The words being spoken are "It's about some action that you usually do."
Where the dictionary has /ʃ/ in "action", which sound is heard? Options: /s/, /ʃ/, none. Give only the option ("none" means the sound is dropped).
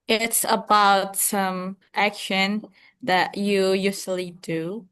/ʃ/